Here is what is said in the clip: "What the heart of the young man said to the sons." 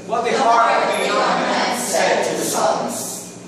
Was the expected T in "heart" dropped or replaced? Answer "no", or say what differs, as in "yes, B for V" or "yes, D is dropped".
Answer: yes, T is dropped